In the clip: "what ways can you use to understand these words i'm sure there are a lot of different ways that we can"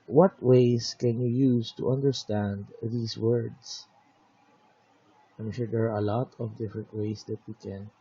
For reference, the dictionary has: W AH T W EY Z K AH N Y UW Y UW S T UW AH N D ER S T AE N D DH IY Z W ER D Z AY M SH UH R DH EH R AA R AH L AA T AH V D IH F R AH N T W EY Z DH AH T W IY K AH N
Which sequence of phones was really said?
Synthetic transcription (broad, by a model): W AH T W EY S K AH N Y UW Y UW S T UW AH N D ER S T AE N D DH IY S W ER D S AY M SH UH R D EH R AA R AH L AA T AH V D IH F R AH N T W EY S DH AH T W IY K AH N